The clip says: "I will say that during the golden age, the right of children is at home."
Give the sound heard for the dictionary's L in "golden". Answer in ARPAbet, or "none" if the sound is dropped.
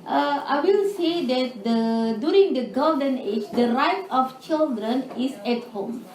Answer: none